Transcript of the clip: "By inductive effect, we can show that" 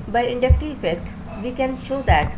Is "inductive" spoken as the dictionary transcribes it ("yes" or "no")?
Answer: no